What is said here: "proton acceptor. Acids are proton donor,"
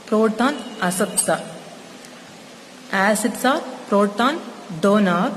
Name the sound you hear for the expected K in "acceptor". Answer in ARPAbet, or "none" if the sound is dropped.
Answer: none